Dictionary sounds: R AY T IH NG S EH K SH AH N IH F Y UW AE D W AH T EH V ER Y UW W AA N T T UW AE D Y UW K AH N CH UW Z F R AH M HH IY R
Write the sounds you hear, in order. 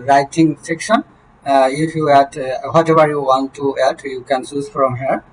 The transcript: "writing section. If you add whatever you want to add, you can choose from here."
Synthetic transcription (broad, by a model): R AY T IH NG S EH K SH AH N IH F Y UW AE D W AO T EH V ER Y UW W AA N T T UW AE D Y UW K AH N S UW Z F R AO M HH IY R